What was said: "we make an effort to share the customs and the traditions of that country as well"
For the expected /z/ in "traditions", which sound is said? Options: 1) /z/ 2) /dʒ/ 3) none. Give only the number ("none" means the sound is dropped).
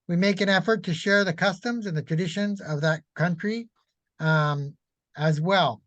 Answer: 1